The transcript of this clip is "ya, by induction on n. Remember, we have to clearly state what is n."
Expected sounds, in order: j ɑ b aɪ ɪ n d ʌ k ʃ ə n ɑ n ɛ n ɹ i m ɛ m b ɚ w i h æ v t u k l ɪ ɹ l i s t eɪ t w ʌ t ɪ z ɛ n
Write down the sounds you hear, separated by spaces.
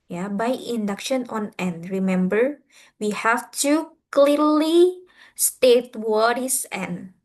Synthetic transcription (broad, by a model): j ɑ b aɪ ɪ n d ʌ k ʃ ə n ɑ n ɛ n ɹ i m ɛ m b ɚ w i h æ f t u k l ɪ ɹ l i s t eɪ t w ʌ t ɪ s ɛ n